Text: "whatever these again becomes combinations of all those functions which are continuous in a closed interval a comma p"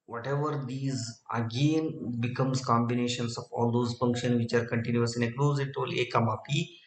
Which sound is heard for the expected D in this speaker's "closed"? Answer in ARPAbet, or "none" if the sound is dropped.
none